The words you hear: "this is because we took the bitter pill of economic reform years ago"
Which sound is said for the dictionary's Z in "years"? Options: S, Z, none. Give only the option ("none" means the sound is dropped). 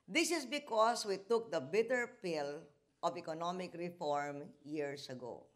S